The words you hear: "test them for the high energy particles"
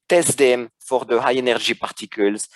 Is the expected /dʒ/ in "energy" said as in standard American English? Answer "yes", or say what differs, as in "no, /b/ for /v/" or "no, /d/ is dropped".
no, /ʒ/ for /dʒ/